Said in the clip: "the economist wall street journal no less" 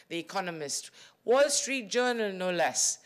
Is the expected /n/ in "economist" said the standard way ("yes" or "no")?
yes